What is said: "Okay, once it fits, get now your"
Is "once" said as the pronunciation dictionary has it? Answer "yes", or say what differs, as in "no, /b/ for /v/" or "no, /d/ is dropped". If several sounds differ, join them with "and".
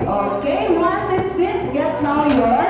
no, /n/ is dropped